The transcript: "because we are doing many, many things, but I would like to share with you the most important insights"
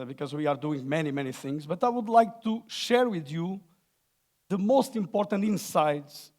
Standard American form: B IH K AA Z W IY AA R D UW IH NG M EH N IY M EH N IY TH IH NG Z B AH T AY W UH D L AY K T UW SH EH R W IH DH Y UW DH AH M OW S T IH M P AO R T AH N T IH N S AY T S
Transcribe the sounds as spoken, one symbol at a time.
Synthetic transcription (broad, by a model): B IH K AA Z W IY AA R D UW IH NG M EH N IY M EH N IY TH IH NG Z B AH T AY W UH D L AY K T UW SH EH R W IH DH Y UW DH AH M OW S T IH M P AO R T AH N T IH N S AY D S